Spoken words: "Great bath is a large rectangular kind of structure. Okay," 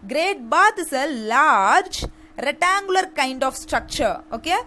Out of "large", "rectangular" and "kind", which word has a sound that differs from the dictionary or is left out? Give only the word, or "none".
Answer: rectangular